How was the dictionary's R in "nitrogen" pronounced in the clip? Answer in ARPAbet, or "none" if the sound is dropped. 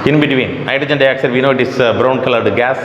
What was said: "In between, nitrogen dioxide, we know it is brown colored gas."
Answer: none